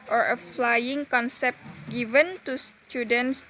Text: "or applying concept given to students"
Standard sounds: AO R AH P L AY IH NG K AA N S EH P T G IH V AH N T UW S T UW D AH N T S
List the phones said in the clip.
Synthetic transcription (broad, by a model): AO R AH F L AY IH NG K AA N S EH P T G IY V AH N T UW S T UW D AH N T S